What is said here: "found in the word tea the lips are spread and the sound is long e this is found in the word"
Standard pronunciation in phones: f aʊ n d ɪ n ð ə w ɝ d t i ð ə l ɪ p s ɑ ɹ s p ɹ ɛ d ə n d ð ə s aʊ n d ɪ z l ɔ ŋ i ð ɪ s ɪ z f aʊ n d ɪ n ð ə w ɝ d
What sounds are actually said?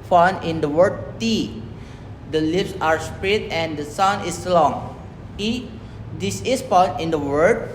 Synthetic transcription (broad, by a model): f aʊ n ɪ n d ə w ɝ d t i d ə l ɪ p s ɑ ɹ s p ɹ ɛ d ə n d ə s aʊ n ɪ s l ɔ ŋ i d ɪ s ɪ s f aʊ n ɪ n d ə w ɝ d